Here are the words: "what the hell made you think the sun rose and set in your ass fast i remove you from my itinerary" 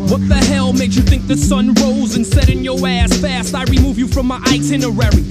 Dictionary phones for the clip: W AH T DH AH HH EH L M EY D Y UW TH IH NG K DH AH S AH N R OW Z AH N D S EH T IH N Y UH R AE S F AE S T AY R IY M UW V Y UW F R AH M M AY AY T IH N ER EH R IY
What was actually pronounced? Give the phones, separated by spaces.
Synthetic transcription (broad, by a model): W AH T DH AH HH EH L M EY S Y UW TH IH NG K DH AH S AH N R OW Z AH N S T EH T IH N Y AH R AE S F AE S T AY R IY M UW V Y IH F R AH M M AY AY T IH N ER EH R IY